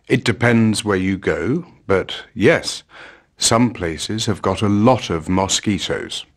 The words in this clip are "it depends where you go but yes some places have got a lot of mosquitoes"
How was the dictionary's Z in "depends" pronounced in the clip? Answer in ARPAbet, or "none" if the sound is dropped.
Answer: Z